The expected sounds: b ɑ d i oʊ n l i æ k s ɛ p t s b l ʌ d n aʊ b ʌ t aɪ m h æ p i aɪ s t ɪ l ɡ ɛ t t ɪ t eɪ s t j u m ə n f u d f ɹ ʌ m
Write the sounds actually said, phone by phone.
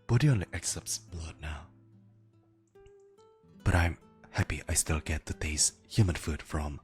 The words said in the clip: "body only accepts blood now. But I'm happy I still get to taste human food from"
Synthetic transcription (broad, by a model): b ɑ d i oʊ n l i æ k s ɛ p t s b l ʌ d n aʊ b ʌ t aɪ m h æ p i aɪ s t ɪ l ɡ ɛ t t ɪ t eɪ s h j u m ə n f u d f ɹ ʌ m